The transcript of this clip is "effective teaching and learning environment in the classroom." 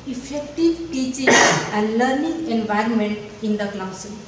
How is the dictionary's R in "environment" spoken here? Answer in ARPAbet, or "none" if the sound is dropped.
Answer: R